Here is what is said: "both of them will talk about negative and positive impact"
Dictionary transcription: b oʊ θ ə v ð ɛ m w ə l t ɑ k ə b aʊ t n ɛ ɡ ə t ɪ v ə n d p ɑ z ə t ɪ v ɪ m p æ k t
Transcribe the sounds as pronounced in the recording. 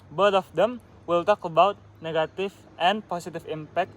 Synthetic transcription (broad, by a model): b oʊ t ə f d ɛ m w ə l t ɑ k ə b aʊ t n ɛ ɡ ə t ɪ f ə n p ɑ s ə t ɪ f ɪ m p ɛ k t